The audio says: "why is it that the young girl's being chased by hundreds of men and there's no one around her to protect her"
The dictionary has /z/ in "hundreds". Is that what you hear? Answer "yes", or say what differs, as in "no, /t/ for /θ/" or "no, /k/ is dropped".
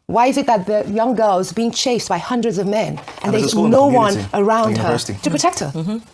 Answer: yes